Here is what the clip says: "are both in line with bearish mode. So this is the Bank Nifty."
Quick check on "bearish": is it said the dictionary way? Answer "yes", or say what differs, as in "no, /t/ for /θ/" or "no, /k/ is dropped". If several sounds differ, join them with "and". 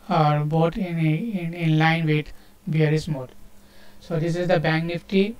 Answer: no, /s/ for /ʃ/